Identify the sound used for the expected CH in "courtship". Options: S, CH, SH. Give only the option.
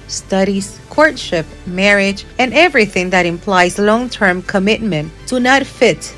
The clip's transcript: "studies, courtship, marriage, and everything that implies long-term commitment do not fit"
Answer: CH